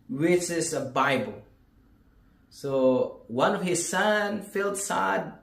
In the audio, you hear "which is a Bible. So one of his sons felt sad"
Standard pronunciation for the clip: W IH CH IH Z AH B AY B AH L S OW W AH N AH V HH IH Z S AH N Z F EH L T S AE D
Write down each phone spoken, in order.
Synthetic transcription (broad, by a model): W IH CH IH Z AH B AY B AH L S OW W AH N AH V HH IH Z S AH N F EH L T S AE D